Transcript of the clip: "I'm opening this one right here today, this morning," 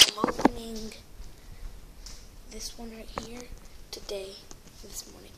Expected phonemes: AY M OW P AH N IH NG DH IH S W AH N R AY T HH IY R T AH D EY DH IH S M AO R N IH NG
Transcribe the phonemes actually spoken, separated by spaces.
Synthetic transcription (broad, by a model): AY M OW AH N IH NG DH IH S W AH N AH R HH IY R T AH D EY DH IH S M AO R N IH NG